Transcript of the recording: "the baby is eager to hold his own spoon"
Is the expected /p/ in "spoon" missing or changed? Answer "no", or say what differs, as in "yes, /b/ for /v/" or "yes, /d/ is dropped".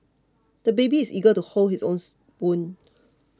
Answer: yes, /b/ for /p/